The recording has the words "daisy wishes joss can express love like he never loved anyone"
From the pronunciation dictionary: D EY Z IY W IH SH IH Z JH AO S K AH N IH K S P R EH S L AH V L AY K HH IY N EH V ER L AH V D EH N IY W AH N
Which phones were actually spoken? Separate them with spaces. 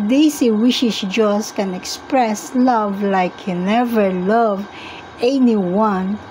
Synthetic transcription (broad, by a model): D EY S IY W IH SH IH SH JH AO S K AH N IH K S P R EH S L AH V L AY K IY N EH V ER L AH V EH N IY W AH N